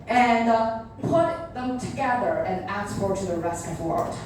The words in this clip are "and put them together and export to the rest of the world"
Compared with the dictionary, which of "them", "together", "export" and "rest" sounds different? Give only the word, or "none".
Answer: export